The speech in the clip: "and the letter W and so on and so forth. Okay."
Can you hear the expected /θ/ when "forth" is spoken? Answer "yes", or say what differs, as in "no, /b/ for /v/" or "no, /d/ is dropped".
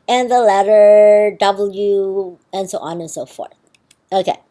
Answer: yes